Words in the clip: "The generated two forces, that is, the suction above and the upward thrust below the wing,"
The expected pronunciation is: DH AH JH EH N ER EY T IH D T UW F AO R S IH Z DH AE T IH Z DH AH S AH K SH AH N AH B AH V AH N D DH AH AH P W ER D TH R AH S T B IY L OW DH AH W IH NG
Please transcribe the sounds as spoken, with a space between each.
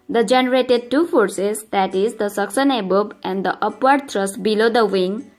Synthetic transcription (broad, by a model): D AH JH EH N ER EY T IH D T UW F AO R S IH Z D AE T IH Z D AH S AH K S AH N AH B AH B AH N D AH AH P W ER D T R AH S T B IY L OW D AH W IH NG